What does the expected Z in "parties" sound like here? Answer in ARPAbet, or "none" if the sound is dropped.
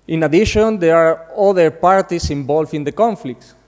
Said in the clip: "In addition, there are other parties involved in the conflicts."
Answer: S